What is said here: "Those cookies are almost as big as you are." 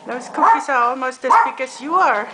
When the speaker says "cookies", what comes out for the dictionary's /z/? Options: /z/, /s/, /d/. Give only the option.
/s/